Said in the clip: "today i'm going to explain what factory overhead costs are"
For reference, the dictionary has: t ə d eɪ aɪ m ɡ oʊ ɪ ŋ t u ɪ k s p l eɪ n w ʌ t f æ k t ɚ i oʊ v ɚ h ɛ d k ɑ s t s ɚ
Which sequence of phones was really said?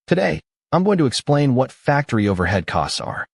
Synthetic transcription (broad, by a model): t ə d eɪ aɪ m ɡ oʊ ɪ ŋ t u ɪ k s p l eɪ n w ʌ t f æ k t ɚ i oʊ v ɚ h ɛ d k ɑ s t s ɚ